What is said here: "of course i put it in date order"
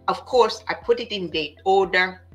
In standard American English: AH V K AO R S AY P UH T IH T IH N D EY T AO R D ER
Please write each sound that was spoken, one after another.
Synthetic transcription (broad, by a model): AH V K AO R S AY P UH T IH T IH N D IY AO D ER